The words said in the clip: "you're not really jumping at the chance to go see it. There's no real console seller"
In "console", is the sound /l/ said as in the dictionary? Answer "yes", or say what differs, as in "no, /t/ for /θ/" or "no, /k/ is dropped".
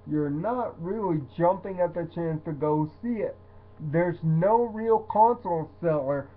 no, /n/ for /l/